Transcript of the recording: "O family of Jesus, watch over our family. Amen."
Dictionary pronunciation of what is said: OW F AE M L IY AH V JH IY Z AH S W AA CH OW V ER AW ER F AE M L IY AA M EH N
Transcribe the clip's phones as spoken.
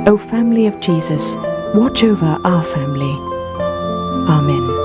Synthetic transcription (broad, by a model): OW F AE M L IY AH V JH IY Z AH S W AA CH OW V ER AW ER F AE M L IY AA M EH N